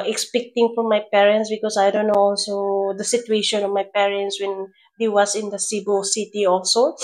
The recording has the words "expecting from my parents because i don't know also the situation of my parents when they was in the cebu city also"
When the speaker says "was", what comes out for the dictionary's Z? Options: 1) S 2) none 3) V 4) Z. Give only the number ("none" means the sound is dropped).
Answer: 1